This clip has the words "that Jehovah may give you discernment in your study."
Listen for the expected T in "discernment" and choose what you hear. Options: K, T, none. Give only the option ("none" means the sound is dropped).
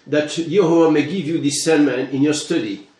none